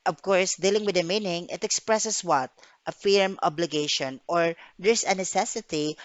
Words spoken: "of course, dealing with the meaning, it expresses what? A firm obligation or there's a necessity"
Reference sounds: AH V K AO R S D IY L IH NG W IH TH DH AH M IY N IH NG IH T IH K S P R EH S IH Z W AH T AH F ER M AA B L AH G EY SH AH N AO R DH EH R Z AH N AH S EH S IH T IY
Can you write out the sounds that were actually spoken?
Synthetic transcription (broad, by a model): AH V K AO R S D IY L IH NG W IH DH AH M IY N IH NG IH T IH K S P R EH S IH S W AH T AH F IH M AA B L AH G EY SH AH N AO R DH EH R S AH N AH S EH S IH T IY